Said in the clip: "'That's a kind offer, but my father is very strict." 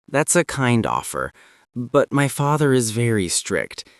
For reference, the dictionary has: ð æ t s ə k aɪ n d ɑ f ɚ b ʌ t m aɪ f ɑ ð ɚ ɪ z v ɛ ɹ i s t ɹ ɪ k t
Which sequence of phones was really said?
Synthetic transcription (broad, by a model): ð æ t s ə k aɪ n d ɑ f ɚ b ʌ t m aɪ f ɑ ð ɚ ɪ z v ɛ ɹ i s t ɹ ɪ k t